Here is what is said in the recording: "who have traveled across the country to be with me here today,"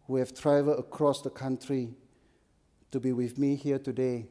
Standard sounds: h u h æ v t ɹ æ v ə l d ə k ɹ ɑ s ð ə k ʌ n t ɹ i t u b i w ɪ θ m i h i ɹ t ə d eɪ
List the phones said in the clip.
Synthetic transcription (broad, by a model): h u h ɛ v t ɹ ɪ v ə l ə k ɹ ɑ s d ə k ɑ n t ɹ i t u b i w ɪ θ m i h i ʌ t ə d eɪ